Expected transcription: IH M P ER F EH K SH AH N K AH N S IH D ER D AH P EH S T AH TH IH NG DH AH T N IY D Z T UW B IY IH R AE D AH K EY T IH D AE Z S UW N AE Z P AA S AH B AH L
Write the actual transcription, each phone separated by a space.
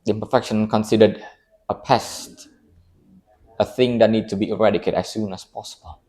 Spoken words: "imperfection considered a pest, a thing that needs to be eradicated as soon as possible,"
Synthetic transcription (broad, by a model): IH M P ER F EH K SH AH N K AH N S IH D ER D AH P EH S T AH TH IH NG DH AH T N IY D T UW B IY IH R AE D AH K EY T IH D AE S UW N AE S P AA S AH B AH L